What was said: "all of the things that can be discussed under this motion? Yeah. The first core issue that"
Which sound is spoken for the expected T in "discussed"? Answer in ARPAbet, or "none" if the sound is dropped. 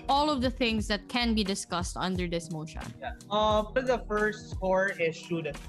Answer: T